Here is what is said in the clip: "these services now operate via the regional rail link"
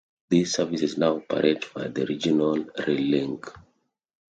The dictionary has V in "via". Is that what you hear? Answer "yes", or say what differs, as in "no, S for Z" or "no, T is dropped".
no, B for V